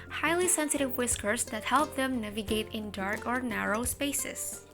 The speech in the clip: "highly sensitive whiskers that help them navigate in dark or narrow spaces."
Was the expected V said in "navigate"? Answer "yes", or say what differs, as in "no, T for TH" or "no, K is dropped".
yes